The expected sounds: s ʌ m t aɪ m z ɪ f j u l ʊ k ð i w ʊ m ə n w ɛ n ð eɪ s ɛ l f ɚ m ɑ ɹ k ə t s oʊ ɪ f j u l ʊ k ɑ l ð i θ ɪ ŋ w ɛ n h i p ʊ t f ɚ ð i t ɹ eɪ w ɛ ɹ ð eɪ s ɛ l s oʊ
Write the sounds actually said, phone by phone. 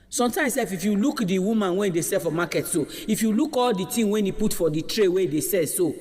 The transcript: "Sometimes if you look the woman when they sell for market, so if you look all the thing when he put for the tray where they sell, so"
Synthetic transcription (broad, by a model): s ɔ m t aɪ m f ɪ f j u l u k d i w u m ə n w ɛ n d eɪ s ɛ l f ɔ m ɑ k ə t s oʊ ɪ f j u l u k ɑ l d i t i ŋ w ɛ n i p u t f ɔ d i t ɹ eɪ w ɛ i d eɪ s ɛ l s oʊ